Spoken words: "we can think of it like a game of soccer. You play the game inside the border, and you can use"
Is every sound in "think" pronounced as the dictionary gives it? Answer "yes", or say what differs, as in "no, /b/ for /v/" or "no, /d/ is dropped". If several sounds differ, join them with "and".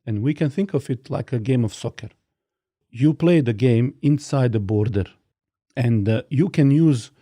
yes